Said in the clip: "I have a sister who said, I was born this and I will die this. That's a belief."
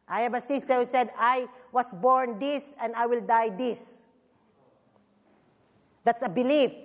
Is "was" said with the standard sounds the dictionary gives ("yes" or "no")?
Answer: no